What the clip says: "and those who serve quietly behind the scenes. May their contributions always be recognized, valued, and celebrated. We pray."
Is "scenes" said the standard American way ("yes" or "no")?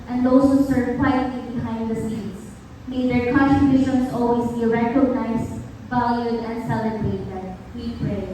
no